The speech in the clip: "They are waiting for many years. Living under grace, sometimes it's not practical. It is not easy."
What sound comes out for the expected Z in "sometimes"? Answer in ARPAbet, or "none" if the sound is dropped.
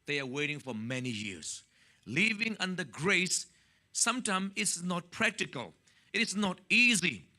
none